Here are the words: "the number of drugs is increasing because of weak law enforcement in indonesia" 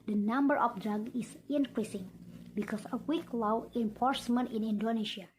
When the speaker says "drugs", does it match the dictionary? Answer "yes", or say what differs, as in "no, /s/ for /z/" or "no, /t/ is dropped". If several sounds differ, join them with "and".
no, /z/ is dropped